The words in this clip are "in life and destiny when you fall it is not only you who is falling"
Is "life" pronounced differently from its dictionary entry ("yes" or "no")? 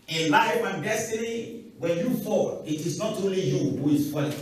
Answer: yes